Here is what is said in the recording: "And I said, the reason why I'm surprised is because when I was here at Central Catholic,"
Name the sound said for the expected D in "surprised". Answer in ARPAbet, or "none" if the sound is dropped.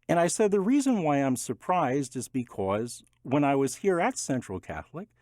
D